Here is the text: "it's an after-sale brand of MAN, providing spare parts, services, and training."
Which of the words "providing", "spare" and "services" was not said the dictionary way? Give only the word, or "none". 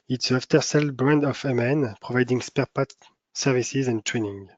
none